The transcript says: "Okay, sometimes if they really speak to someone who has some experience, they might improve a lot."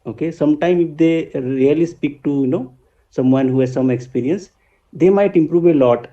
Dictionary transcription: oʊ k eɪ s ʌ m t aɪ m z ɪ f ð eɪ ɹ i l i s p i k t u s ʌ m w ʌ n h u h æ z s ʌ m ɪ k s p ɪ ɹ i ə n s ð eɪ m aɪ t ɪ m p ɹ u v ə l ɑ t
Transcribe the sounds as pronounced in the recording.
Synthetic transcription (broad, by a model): oʊ k eɪ s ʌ m t aɪ m ɪ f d eɪ ɹ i l i s p i k t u s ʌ m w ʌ n h u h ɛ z s ʌ m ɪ k s p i ɹ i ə n s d eɪ m aɪ t ɪ m p ɹ u v ə l ɑ t